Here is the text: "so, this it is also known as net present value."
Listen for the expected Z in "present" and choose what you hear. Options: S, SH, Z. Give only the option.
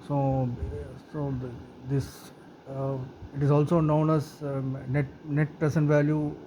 S